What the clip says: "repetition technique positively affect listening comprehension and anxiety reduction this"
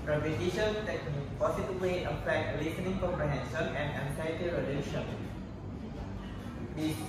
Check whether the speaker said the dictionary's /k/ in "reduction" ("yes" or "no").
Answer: no